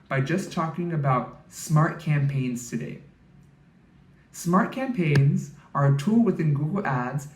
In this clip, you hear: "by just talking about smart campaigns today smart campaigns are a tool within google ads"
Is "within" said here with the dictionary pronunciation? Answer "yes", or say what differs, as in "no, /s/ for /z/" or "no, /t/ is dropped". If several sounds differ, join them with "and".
yes